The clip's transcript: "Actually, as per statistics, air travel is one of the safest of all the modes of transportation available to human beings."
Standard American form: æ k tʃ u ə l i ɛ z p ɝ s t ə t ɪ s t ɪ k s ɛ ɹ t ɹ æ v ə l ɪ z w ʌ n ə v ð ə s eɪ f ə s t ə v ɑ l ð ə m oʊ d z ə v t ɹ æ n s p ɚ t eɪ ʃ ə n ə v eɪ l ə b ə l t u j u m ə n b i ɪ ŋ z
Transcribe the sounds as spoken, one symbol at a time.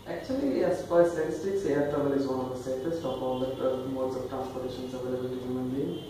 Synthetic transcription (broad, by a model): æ k tʃ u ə l i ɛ s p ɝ s t ə t ɪ s t ɪ k s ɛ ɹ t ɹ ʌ b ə l ɪ z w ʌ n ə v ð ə s eɪ f ə s t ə f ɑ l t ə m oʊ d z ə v t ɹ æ n s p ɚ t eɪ ʃ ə n ə v eɪ l ə b ə l t u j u m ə n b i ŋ